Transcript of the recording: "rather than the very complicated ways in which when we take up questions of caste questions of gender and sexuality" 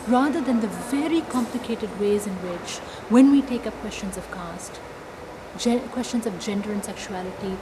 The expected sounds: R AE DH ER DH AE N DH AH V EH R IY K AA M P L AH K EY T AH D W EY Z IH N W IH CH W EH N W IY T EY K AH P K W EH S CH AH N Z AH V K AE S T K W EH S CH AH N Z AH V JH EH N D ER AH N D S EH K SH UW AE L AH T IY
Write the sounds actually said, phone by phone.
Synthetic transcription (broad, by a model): R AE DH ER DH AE N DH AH V EH R IY K AA M P L AH K EY T AH D W EY Z IH N W IH CH W EH N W IY T EY K AH P K W EH S CH AH N Z AH V K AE S T K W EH S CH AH N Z AH V JH EH N D ER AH N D S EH K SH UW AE L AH T IY